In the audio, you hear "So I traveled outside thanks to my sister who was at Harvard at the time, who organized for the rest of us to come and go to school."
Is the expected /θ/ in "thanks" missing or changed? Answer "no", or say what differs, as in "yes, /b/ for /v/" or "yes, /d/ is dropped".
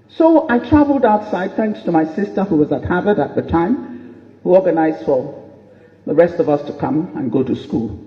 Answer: no